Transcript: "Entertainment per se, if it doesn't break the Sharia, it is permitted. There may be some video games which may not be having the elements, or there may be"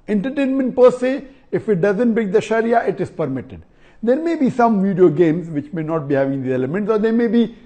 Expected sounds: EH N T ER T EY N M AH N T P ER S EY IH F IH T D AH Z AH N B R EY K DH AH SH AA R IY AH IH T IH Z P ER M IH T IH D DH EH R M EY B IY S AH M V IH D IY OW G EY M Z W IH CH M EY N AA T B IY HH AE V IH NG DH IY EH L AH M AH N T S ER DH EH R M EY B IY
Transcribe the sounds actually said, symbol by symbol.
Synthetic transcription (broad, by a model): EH N T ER T EY N M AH N T P ER S EY IH F IH T D AH Z AH N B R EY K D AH SH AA R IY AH IH T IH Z P ER M IH T IH D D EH R M EY B IY S AH M V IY D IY OW G EY M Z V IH CH M EY N AA T B IY HH AE V IH NG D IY EH L AH M AH N T S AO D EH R M EY B IY